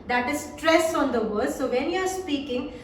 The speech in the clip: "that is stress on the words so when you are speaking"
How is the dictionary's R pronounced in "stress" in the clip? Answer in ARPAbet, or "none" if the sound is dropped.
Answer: R